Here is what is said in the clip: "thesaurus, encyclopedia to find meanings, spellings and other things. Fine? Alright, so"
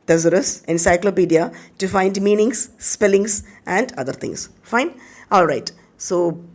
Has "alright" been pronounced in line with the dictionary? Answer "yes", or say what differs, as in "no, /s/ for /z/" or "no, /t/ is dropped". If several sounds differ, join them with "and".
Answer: yes